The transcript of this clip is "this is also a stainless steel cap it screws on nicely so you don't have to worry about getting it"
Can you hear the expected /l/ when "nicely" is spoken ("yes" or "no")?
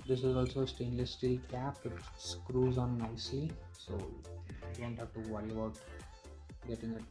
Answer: no